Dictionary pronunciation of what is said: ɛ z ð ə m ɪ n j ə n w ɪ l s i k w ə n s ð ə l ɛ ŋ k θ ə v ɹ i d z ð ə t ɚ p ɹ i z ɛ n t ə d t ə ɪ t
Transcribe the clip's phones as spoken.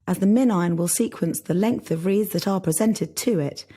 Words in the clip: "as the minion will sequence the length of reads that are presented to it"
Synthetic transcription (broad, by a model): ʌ z ð ə m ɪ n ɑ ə n w ɪ l s i k w ə n s ð ə l ɛ ŋ k θ ə v ɹ i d z ð ə t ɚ p ɹ i z ɛ n t ə d t ə ɪ t